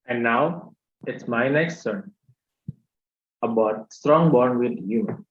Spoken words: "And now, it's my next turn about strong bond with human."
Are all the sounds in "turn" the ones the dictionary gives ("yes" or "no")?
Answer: no